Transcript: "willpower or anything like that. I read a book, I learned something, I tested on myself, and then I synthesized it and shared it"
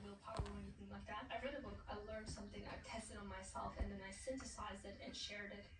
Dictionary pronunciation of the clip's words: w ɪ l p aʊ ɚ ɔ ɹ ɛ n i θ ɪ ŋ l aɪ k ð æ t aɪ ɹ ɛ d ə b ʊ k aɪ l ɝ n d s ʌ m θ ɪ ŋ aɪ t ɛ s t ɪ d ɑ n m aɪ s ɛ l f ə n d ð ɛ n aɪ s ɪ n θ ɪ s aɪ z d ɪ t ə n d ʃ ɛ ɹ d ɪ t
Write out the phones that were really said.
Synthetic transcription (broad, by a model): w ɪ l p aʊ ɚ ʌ w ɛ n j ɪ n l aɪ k ð æ t aɪ ɹ ɛ d ə b ʊ k aɪ l ɝ n d s ʌ m θ ɪ ŋ aɪ t ɛ s t ɪ d n m aɪ s ɛ l f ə n ð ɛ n aɪ s ɪ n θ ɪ s aɪ z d ɪ t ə n ʃ ɛ ɹ d ɪ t